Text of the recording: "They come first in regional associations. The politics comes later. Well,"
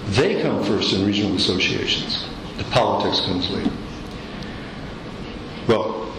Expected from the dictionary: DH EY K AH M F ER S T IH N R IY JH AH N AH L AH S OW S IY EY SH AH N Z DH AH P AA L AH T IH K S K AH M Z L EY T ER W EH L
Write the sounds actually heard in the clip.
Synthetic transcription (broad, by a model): DH EY K AH M F ER S T IH N R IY JH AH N L AH S OW S IY EY SH AH N Z DH AH P AA L AH T IH K S K AH M Z W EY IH W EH L